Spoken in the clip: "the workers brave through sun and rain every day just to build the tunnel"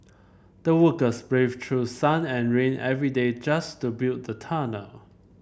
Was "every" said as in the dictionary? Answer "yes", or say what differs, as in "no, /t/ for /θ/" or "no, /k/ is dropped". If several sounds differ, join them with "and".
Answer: yes